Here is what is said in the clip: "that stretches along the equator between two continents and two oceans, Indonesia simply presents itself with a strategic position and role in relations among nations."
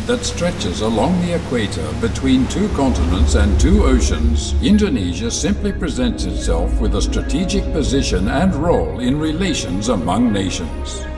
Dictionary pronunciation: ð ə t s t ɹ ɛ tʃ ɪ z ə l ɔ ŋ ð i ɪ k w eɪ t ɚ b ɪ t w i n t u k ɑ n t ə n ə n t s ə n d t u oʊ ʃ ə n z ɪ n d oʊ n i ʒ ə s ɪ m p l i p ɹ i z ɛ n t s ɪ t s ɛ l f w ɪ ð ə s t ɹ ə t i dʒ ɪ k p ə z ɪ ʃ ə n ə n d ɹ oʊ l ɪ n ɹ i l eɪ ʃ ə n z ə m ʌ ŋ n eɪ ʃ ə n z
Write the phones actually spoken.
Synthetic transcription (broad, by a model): ð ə t s t ɹ ɛ tʃ ɪ z ə l ɔ ŋ ð i ɪ k w eɪ t ɚ b ɪ t w i n t u k ɑ n t ə n ə n t s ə n t u oʊ ʃ ə n z ɪ n d oʊ n i ʒ ə s ɪ m p l i p ɹ i z ɛ n t s ɪ t s ɛ l f w ɪ ð ə s t ɹ ə t i dʒ ɪ k p ə z ɪ ʃ ə n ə n ɹ oʊ l ɪ n ɹ i l eɪ ʃ ə n z ə m ʌ ŋ n eɪ ʃ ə n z